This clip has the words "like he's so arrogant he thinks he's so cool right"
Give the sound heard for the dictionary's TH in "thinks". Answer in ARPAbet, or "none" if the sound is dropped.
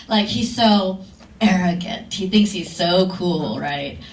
TH